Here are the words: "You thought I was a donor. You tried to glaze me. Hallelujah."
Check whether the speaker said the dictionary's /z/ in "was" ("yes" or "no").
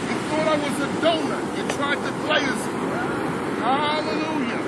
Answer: yes